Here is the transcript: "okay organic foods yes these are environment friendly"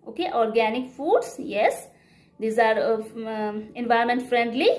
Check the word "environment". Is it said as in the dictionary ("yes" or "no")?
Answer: no